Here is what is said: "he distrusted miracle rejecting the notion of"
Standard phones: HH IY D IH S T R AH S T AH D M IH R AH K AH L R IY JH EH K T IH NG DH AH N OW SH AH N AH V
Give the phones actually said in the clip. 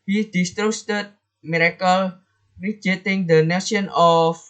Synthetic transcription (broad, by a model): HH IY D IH S T R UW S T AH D M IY R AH K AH L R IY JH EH T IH NG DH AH N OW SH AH N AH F